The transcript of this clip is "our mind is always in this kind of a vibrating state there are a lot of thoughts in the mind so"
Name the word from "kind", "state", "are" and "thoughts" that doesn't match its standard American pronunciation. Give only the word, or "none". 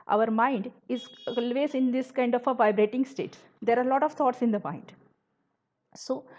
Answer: thoughts